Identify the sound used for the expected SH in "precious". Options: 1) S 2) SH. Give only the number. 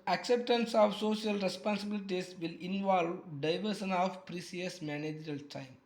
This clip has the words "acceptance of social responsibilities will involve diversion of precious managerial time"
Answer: 1